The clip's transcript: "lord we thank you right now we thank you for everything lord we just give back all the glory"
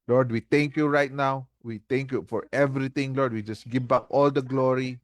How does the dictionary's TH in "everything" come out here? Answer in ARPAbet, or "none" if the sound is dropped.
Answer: T